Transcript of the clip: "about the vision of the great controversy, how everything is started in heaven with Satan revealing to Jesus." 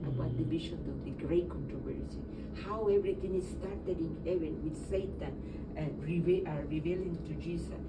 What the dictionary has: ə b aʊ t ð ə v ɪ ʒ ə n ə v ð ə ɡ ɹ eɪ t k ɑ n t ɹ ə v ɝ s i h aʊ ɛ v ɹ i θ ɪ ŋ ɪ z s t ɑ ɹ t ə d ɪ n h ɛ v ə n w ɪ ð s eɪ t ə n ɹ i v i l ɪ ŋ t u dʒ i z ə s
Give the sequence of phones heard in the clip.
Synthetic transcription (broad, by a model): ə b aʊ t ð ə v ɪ ʃ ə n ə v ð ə ɡ ɹ eɪ t k ɑ n t ɹ ə v ɝ s i h aʊ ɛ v ɹ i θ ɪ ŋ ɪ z s t ɑ ɹ t ə d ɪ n h ɛ v ə n w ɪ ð s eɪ t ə n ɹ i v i l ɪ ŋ t u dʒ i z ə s